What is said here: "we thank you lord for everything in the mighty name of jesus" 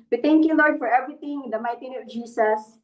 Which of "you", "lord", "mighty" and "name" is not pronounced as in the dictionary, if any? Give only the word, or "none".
name